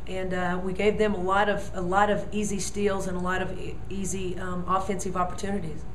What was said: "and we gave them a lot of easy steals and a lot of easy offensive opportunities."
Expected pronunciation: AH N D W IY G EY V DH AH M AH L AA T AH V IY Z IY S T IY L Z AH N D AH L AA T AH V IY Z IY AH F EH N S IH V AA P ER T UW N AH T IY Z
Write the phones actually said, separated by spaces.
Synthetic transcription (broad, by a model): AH N W IY G EY V DH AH M AH L AA T AH V IY Z IY S T IY L Z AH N AH L AA T AH V IY Z IY AH F EH N S IH V AA P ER T UW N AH T IY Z